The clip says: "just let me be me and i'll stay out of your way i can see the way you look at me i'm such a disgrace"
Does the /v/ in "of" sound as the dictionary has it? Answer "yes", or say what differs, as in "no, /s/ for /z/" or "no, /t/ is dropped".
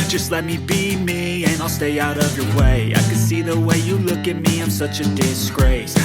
yes